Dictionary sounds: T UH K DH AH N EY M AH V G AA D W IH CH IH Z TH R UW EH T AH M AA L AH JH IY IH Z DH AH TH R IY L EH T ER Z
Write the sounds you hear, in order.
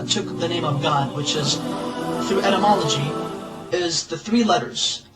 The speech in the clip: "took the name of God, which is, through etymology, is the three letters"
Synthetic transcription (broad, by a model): T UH K DH AH N EY M AH V G AA D W IH CH IH Z TH R UW EH T AH M AA L AH JH IY IH Z DH AH TH R IY L EH T ER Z